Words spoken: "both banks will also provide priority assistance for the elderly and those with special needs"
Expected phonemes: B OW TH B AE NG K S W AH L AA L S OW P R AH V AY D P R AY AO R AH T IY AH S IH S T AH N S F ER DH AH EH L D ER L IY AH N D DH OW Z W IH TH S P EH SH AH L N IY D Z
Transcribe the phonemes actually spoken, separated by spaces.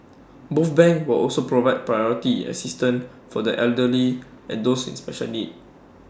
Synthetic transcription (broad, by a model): B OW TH B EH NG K W AH L AA L S OW P R AH V AY D P R AY AO R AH T IY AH S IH S T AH N F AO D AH EH L D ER L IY AH N D OW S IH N S P EH SH AH L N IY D